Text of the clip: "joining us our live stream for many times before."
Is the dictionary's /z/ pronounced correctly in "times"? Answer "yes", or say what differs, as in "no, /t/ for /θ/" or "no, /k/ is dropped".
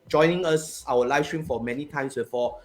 no, /s/ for /z/